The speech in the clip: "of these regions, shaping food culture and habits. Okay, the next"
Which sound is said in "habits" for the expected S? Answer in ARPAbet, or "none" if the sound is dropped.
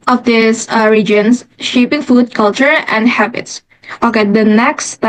S